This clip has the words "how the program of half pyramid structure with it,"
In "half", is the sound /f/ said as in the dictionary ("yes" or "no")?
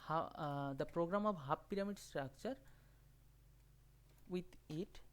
no